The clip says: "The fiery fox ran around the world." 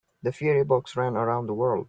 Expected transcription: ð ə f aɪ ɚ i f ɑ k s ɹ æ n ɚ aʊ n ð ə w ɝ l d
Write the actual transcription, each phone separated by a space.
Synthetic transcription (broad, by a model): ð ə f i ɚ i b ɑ k s ɹ æ n ɚ aʊ n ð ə w ɝ l d